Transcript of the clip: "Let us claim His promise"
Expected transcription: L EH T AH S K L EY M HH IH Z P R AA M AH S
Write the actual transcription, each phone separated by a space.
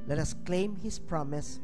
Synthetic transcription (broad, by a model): L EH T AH S K L EY M HH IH S P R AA M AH S